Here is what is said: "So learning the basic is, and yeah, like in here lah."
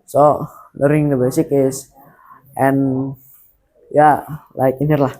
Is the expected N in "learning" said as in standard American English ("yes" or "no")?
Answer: no